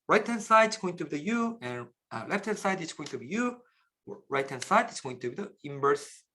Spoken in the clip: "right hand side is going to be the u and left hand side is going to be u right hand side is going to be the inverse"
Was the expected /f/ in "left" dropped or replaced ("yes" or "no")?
no